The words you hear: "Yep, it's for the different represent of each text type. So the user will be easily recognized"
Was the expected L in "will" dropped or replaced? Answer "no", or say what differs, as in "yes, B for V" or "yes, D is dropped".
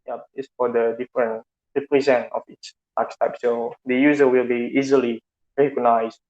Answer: no